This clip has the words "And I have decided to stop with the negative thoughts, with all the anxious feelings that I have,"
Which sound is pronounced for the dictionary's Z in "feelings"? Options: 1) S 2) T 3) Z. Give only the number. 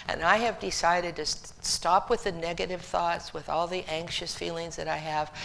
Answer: 3